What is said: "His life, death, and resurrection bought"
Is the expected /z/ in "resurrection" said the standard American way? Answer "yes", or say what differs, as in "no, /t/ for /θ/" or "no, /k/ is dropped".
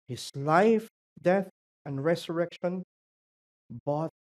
no, /s/ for /z/